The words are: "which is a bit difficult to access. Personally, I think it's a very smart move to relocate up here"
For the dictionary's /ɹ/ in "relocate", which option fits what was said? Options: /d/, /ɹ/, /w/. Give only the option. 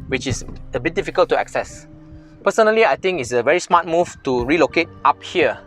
/ɹ/